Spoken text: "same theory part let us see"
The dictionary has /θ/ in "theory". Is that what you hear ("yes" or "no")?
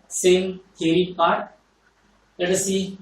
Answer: no